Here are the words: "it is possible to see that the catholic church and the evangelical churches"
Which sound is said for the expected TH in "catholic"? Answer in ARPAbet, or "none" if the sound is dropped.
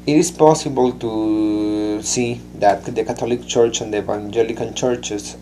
T